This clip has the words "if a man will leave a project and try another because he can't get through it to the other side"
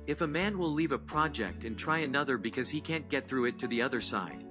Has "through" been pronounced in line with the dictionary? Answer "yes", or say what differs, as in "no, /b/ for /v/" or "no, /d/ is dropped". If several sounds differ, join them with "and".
yes